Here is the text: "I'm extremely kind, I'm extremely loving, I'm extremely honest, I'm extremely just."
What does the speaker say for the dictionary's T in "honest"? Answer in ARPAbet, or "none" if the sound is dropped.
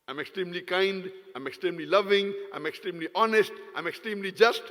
T